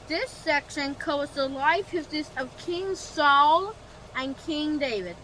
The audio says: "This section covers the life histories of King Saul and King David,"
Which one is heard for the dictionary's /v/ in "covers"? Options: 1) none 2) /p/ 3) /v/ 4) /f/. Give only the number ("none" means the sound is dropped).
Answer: 1